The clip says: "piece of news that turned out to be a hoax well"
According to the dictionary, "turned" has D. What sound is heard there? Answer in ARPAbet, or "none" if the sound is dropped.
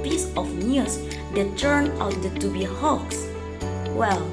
none